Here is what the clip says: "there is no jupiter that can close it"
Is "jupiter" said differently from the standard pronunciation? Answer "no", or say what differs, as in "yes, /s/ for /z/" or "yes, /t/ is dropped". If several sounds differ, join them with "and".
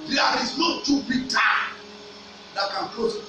yes, /b/ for /p/